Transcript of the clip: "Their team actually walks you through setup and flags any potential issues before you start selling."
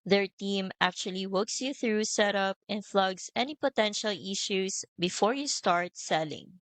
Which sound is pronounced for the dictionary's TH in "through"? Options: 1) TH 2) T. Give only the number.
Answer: 1